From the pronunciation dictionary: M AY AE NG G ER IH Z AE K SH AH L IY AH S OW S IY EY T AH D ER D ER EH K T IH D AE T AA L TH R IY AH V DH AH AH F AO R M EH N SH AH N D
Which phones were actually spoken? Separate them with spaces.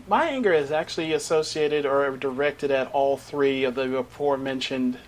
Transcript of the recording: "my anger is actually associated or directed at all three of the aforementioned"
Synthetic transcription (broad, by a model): M AY AE NG G ER IH Z AE K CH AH L IY AH S OW S IY EY T AH D ER D ER EH K T IH D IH T AA L TH R IY AH V DH AH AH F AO R M EH N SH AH N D